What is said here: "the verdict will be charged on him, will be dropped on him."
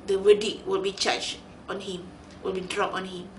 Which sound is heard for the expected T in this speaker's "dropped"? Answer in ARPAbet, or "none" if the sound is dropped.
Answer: none